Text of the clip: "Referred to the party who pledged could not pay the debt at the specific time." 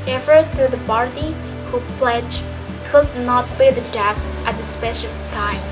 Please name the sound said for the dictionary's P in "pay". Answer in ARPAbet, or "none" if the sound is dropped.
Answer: B